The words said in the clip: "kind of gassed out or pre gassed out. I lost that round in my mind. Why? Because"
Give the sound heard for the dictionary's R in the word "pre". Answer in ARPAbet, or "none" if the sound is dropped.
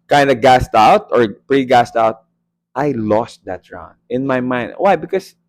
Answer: R